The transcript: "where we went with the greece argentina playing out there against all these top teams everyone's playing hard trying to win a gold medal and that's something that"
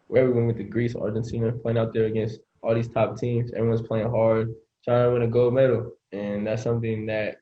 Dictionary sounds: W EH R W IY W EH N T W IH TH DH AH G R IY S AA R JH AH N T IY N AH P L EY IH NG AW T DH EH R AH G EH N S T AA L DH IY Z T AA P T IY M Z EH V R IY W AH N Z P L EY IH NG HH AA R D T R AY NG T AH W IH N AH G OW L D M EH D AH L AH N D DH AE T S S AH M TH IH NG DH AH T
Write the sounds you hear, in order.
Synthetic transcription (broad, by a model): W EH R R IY W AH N W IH DH AH G R IY S AA R JH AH N S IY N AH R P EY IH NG AW T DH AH R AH G EH N S T AA L DH IY Z T AA P T IY M Z EH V R IY W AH N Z P L EY IH NG HH AA R D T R AY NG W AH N AH G OW D M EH D L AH N DH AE T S S AH M TH IH NG DH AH T